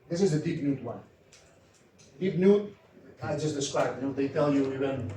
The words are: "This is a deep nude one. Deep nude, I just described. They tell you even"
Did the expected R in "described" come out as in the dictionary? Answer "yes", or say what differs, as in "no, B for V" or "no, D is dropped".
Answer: no, R is dropped